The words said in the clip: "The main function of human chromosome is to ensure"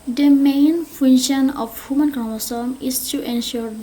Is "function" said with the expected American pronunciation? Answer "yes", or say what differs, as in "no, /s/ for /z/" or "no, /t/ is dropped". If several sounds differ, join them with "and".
no, /k/ is dropped